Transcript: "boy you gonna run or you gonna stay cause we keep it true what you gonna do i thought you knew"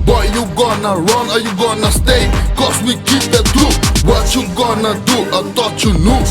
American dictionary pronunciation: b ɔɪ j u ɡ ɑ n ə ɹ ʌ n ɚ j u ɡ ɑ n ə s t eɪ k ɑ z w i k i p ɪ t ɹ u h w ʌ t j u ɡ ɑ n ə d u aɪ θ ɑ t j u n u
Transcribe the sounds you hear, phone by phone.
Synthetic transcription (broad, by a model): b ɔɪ j u ɡ ɑ n ə ɹ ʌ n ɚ j u ɡ ɑ n ə s t eɪ k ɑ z w i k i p ɪ t ɹ u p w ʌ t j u ɡ ɑ n ə d u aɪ t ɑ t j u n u